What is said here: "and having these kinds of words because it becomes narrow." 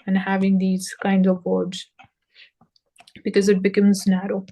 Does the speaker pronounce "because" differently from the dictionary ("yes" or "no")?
no